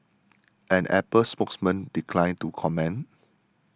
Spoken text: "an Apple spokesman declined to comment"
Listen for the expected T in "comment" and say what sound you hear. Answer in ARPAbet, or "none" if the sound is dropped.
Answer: none